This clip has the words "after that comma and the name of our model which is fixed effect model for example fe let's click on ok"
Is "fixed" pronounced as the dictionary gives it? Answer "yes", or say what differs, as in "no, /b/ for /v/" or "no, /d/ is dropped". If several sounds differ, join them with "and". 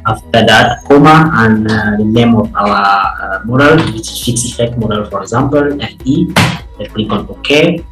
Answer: no, /t/ is dropped